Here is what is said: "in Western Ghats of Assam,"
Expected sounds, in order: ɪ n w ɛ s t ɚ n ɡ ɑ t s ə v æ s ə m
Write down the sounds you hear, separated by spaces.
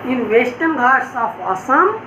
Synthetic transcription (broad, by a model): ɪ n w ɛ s t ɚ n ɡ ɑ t s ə p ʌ s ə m